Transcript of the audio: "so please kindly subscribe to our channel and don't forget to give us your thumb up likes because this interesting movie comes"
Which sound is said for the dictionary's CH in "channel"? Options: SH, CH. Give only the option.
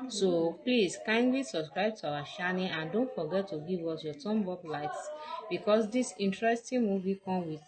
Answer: SH